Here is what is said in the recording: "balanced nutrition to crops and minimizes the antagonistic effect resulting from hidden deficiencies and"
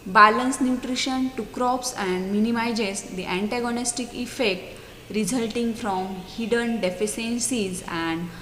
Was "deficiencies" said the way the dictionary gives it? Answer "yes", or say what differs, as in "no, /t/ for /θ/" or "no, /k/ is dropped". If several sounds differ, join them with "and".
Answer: no, /s/ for /ʃ/